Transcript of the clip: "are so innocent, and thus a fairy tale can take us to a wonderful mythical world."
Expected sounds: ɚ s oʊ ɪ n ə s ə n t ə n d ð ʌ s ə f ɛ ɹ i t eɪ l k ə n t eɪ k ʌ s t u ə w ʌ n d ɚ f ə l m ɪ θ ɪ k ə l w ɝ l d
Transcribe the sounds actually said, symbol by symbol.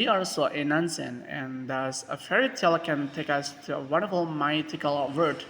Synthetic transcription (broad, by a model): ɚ s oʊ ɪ n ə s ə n ə n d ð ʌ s ə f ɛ ɹ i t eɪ l k ə n t eɪ k ʌ s t u ə w ʌ n d ɚ f ə l m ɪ t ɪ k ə l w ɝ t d